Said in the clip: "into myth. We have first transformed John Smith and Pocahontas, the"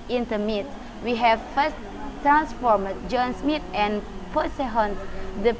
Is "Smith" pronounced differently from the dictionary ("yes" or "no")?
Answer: yes